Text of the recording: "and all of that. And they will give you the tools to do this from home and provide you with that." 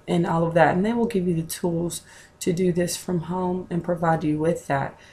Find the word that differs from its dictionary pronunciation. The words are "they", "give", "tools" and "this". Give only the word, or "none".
none